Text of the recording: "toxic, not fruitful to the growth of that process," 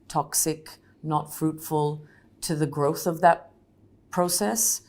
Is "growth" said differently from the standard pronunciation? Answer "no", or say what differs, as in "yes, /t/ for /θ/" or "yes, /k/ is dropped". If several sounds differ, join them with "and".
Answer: no